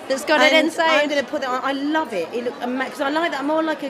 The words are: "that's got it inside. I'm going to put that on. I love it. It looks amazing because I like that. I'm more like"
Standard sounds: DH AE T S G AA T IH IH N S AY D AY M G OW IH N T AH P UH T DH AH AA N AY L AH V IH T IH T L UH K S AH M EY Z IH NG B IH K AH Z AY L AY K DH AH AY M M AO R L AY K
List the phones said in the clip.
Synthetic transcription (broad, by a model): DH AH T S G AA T IH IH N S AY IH AY M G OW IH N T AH P UH T DH AH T AY L AH V IH T IH T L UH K AH M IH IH K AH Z AY L AY K DH AH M M AO L AY K